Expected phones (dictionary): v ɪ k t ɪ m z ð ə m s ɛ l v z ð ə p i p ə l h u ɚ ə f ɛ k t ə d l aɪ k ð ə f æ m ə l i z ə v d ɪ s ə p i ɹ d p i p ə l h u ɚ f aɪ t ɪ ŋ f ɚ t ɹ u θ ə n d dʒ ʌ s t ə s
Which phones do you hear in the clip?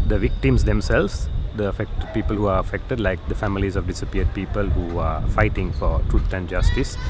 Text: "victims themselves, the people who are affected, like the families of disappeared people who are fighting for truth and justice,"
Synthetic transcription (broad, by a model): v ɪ k t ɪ m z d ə m s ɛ l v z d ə p i p ə l h u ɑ ə f ɛ k t ə d l aɪ k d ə f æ m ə l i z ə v d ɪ s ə p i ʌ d p i p ə l h u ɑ f aɪ t ɪ ŋ f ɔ t ɹ u t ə n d dʒ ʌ s t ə s